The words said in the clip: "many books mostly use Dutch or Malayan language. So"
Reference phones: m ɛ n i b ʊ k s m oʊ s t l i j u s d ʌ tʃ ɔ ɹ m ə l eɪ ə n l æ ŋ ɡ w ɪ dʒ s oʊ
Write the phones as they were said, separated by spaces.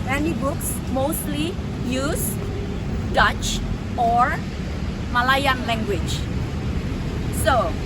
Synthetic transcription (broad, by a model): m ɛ n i b ʊ k s m oʊ s t l i j u s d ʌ tʃ ɔ ɹ m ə l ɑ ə n l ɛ ŋ ɡ w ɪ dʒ s oʊ